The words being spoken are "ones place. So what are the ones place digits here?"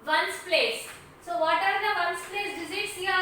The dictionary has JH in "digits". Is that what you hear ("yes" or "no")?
no